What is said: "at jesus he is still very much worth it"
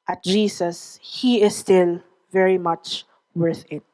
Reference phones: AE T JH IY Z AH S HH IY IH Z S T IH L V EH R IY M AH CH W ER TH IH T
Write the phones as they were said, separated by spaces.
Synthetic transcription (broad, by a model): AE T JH IY S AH S HH IY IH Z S T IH L V EH R IY M AH CH W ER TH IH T